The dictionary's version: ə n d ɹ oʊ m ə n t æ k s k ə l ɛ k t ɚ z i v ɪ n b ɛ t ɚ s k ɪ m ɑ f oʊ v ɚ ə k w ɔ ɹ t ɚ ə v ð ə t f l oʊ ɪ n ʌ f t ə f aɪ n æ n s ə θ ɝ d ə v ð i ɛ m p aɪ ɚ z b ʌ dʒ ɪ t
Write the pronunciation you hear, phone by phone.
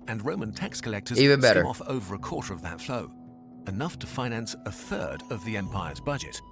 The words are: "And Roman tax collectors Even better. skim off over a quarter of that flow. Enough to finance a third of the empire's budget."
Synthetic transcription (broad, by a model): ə n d ɹ oʊ m ə n t æ k s k ə l ɛ k t ɚ z i v ɪ n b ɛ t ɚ ɑ f oʊ v ɚ ə k w ɔ ɹ t ɚ ə v ð ə t f l oʊ ɪ n ʌ f t ə f aɪ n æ n s ə θ ɝ d ə v ð i ɛ m p aɪ ɚ z b ʌ dʒ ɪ t